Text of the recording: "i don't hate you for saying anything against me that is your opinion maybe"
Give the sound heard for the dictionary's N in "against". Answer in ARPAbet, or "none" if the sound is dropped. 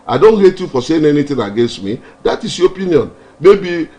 N